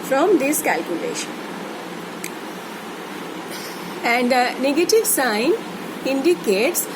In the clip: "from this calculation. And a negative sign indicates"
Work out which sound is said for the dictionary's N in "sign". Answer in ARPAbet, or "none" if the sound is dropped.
N